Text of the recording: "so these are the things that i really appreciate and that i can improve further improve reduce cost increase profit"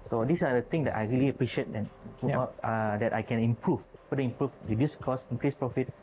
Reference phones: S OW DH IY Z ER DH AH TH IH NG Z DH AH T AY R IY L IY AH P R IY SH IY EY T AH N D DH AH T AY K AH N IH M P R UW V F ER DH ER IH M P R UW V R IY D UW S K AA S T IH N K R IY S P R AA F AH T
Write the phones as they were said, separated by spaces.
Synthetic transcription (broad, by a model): S OW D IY S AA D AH T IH NG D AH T AY R IY L IY AH P R IY SH IY EY T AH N D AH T AY K AH N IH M P R UW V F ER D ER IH M P R UW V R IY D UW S K AA S IH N K R IY S P R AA F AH T